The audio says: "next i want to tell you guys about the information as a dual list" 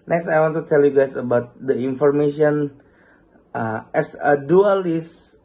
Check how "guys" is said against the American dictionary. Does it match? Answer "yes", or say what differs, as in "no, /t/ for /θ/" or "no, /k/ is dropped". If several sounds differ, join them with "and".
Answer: no, /s/ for /z/